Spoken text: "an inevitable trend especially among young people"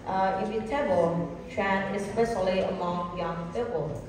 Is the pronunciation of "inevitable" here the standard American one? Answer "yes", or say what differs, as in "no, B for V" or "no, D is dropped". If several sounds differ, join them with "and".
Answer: no, N is dropped